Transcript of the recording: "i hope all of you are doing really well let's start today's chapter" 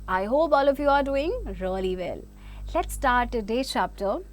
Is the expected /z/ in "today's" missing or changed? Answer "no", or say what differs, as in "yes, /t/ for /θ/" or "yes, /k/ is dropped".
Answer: yes, /z/ is dropped